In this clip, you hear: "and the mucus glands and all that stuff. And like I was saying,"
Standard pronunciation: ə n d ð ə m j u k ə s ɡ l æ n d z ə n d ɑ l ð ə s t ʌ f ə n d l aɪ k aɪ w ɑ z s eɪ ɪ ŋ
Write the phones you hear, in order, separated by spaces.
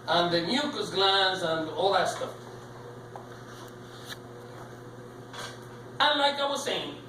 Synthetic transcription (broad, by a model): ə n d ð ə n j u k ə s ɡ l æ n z ə n d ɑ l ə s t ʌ ə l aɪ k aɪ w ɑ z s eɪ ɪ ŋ